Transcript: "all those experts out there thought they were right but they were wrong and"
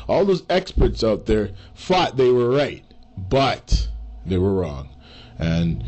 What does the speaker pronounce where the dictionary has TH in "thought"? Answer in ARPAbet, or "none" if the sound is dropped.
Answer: F